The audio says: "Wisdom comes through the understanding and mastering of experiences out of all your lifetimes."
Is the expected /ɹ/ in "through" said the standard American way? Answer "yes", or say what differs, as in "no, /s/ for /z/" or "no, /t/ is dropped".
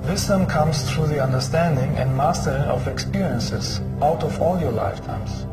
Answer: yes